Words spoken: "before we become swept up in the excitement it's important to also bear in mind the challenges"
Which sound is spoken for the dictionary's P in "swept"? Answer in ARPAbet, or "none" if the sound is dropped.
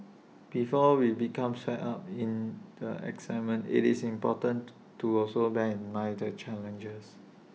none